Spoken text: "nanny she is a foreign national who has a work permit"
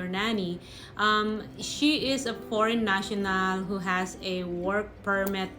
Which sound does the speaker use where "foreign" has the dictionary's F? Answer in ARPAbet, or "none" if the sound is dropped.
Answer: P